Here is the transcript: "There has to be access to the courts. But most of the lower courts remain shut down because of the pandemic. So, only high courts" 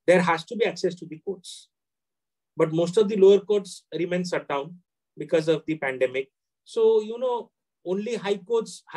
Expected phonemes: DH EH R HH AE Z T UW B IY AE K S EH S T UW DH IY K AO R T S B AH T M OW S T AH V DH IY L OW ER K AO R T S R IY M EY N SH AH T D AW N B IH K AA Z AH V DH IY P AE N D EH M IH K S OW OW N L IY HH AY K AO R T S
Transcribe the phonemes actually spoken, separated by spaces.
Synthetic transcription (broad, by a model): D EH R HH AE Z T UW B IY AE K S EH S T UW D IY K AO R T S B AH T M OW S T AH V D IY L OW ER K AO R T S R IY M EY N S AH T D AW N B IH K AA Z AH V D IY P AE N D EH M IH K S OW OW N L IY HH AY K AO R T S